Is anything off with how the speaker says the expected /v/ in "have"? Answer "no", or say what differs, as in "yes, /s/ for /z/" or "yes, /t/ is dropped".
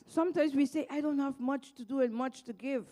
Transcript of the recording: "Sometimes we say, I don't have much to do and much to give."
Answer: no